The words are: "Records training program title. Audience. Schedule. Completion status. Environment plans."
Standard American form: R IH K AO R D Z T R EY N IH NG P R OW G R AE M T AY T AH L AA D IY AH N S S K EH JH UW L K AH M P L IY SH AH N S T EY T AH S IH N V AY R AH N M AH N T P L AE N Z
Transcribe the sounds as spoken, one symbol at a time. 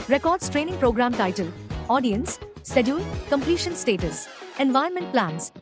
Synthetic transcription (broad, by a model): R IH K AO R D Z T R EY N IH NG P R OW G R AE M T AY T AH L AA D IY AH N S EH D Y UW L K AH M P L IY SH AH N S T EY T AH S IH N V AY AH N M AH N T P L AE N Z